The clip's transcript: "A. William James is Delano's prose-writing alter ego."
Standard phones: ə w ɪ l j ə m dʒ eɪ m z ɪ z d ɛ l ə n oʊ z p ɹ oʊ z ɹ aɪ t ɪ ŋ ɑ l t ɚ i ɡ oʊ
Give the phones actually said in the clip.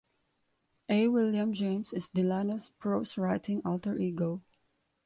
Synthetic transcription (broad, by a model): ə w ɪ l j ə m dʒ eɪ m s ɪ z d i l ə n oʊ s p ɹ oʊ s ɹ aɪ t ɪ ŋ ɑ l t ɚ i ɡ oʊ